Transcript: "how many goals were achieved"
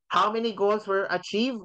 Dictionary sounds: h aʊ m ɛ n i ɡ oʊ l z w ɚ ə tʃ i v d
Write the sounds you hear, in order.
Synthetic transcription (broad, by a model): h aʊ m ɛ n i ɡ oʊ l z w ɚ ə tʃ i v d